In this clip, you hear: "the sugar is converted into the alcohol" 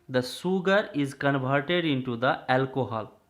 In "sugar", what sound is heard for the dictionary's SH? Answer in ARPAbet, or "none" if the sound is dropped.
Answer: S